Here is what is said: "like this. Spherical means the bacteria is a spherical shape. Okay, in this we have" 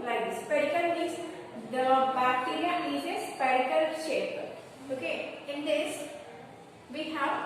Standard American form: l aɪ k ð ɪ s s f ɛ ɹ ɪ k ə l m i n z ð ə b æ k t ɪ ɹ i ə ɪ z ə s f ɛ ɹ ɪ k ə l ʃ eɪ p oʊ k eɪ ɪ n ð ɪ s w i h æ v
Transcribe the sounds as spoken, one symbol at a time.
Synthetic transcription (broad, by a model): l aɪ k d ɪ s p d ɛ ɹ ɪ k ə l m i z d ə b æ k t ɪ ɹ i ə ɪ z ə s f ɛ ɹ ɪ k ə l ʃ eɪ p oʊ k eɪ ɪ n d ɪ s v i h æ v